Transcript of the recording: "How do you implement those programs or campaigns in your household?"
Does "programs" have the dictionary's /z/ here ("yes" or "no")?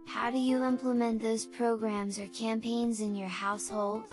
yes